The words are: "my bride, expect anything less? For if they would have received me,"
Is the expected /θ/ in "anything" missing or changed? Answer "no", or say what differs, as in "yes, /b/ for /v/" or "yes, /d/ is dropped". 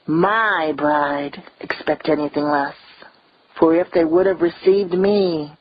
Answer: no